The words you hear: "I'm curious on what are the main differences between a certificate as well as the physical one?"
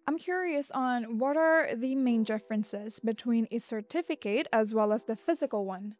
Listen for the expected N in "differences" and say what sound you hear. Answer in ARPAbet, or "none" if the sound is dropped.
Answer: N